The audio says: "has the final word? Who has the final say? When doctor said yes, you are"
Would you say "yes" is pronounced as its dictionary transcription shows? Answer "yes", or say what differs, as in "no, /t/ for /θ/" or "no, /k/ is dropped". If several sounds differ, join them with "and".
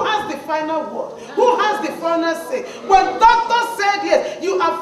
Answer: no, /s/ is dropped